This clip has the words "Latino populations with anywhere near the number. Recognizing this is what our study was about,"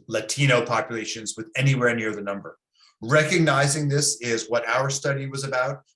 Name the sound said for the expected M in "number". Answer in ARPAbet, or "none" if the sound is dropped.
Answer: M